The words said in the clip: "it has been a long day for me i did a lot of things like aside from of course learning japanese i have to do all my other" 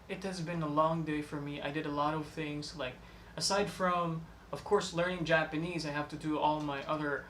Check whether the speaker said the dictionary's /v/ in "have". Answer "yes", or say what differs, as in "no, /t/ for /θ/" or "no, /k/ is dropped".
no, /f/ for /v/